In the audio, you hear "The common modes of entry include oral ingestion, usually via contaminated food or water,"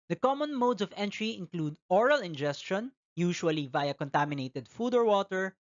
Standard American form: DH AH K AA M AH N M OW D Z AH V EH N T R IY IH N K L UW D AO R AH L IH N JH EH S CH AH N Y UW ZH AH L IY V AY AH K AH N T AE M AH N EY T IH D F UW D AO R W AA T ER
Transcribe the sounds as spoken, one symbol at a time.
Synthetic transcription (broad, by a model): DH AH K AA M AH N M OW D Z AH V EH N T R IY IH N K L UW D AO R AH L IH N JH EH S CH AH N Y UW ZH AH L IY V AY AH K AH N T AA M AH N EY T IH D F UW D AO R W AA T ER